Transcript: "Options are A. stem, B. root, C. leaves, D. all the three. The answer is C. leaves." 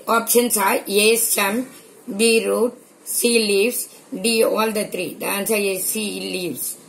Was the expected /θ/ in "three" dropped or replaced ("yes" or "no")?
yes